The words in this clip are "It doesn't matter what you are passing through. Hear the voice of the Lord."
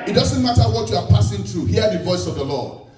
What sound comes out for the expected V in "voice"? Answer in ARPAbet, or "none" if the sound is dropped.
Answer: V